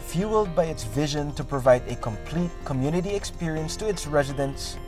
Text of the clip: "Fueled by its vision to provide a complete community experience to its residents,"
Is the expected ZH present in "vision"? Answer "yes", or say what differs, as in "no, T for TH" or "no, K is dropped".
yes